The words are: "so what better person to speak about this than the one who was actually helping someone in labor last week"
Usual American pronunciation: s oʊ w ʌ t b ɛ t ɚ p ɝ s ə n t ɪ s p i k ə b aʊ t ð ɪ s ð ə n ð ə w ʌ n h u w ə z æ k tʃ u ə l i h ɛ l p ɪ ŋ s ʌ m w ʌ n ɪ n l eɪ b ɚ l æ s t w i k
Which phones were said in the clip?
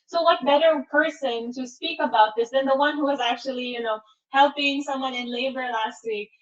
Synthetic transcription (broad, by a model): s oʊ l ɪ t b ɛ t ɚ p ɝ s ə n t ɪ s p i k ə b aʊ t ð ɪ s ð ə n ð ə w ʌ n h u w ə z æ k tʃ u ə n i h ɛ l p ɪ ŋ s ʌ m w ʌ n ɪ n l eɪ b ɚ l æ s t w i k